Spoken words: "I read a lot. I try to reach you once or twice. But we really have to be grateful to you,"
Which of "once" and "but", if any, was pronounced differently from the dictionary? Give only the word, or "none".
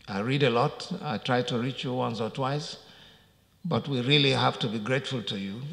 none